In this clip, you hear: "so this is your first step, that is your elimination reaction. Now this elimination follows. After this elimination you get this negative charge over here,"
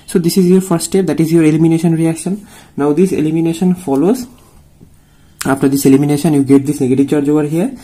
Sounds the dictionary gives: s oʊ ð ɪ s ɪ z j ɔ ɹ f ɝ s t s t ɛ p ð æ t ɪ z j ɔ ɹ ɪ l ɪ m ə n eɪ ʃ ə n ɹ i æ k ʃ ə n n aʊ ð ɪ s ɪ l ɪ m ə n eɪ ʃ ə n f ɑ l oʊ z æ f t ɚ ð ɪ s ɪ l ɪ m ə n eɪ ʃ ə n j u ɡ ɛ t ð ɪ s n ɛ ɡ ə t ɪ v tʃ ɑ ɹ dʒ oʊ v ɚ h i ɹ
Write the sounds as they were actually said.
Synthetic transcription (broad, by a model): s oʊ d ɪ s ɪ z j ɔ ɹ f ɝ t s t ɛ p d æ t ɪ z j ɔ ɹ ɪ l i m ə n eɪ ʃ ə n ɹ i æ k ʃ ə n n aʊ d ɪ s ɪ l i m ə n eɪ ʃ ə n f ɑ l oʊ z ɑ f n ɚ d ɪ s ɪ l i m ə n eɪ ʃ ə n j u ɡ ɛ t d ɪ s n ɛ ɡ ə t ɪ v tʃ ɑ ɹ dʒ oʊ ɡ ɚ h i ɹ